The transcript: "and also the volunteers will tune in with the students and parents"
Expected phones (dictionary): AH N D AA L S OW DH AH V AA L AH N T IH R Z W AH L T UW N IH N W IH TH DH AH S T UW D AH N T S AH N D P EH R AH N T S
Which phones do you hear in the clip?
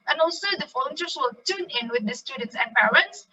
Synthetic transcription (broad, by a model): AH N AA L S OW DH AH F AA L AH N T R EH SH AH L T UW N IH N W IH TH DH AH S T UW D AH N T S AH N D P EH R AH N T S